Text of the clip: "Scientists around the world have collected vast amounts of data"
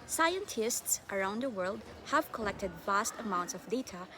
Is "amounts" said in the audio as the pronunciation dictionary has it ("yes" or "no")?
yes